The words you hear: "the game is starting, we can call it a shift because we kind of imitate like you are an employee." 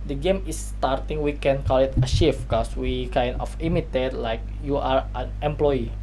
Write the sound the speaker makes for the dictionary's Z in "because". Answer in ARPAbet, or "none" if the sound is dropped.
S